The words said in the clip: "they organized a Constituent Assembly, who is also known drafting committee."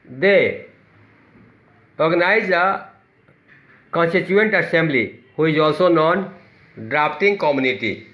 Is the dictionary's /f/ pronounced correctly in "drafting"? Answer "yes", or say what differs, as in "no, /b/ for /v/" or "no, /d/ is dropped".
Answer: no, /p/ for /f/